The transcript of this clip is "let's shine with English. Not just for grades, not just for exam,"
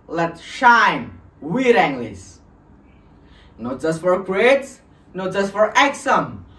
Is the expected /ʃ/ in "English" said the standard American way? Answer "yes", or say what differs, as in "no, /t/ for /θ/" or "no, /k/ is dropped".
no, /s/ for /ʃ/